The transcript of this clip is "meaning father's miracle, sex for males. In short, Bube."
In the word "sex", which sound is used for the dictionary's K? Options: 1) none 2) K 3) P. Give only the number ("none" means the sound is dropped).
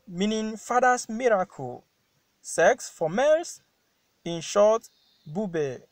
2